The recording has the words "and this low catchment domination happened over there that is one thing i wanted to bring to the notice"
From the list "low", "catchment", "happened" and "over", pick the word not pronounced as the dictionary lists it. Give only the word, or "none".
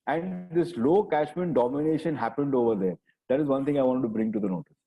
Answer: catchment